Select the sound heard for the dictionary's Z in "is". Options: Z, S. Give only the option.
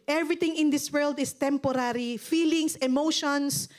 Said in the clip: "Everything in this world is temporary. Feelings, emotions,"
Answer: S